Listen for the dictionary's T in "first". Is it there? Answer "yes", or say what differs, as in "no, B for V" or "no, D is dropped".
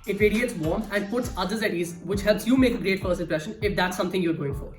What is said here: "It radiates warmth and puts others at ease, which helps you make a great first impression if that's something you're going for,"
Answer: no, T is dropped